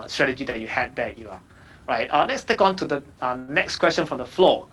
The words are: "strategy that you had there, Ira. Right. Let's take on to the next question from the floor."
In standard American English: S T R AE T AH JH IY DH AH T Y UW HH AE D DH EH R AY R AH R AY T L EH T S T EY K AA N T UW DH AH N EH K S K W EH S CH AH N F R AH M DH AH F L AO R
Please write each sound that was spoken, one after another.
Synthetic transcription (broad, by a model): S T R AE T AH JH IY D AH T Y UW HH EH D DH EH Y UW AH R AY T L EH T S T EY K AA N T UW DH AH N EH K S K W EH S CH AH N F R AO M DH AH F L AO